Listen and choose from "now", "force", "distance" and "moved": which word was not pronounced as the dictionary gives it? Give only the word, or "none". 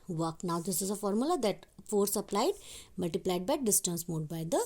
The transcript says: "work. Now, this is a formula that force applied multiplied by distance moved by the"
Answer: moved